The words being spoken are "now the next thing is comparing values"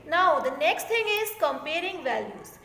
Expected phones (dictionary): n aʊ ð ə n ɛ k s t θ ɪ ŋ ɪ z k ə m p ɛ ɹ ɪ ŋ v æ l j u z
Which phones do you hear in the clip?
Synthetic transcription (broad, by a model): n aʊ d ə n ɛ k s t t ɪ ŋ ɪ z k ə m p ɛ ɹ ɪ ŋ v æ l j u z